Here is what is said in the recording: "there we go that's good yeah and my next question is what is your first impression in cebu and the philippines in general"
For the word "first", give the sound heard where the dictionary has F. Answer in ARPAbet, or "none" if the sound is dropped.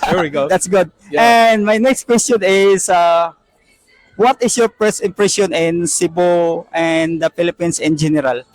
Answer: P